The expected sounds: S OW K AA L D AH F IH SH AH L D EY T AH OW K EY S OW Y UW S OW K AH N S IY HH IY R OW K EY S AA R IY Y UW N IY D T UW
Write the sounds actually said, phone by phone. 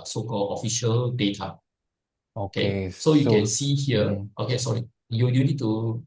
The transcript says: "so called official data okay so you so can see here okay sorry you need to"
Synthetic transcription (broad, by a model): S OW K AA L AH F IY SH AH L D EY T AH OW K EY S OW Y UW K AH N S IY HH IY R OW K EY S AA R IY Y UW N IY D T UW